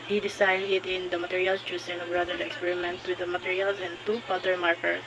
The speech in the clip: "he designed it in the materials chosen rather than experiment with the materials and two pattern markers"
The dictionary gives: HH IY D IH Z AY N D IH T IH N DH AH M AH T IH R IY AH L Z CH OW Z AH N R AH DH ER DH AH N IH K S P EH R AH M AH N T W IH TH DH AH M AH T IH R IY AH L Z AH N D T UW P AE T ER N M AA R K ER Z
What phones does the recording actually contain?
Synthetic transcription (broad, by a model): HH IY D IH S AY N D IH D IH N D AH M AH T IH R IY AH L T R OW S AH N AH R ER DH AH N IH K S P EH R AH M AH N T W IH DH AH M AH T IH R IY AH L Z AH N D T UW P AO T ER M AA R K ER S